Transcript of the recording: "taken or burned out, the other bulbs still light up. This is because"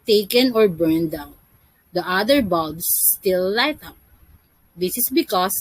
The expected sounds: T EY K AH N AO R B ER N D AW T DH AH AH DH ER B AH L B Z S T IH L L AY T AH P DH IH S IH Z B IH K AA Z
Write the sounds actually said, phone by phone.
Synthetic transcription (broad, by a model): T EY K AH N AO R B ER N D AW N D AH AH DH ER B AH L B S T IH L L AY T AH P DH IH S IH S B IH K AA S